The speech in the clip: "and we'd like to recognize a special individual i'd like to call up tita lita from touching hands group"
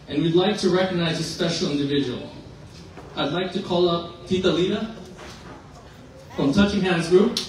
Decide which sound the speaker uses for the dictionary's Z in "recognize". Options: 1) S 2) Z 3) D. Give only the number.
2